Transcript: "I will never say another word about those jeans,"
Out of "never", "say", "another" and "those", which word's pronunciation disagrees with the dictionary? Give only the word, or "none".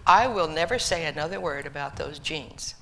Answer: none